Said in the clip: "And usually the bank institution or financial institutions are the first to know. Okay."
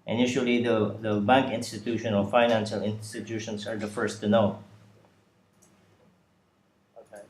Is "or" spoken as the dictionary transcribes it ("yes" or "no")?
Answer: no